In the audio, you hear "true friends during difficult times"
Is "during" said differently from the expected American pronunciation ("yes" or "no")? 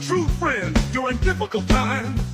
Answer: no